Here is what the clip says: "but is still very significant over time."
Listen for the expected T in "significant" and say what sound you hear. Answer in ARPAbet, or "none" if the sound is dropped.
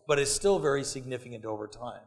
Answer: T